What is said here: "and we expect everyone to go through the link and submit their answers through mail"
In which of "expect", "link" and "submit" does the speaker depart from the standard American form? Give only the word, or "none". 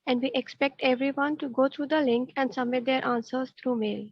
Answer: submit